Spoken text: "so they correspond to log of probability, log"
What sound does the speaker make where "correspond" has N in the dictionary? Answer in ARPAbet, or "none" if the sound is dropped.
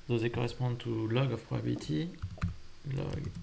none